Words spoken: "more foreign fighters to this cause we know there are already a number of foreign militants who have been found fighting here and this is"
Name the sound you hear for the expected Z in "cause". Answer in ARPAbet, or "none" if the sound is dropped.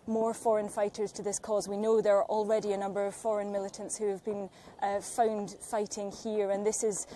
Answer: Z